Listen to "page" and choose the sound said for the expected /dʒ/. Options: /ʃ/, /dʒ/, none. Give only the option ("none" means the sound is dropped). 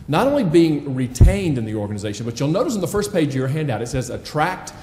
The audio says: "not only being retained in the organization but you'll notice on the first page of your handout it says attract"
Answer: none